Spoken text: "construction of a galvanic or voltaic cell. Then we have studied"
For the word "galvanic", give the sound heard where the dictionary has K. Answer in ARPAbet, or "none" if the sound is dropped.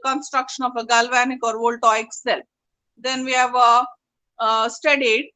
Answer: K